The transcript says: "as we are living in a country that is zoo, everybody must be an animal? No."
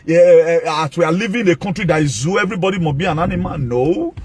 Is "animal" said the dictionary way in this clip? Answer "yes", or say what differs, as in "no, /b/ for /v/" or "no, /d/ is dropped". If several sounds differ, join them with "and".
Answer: no, /n/ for /l/